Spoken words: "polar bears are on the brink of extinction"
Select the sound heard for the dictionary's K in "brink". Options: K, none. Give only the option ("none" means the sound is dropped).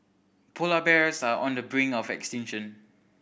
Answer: none